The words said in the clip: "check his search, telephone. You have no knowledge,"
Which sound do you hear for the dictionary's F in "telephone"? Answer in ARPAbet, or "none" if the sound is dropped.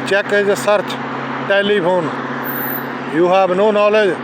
P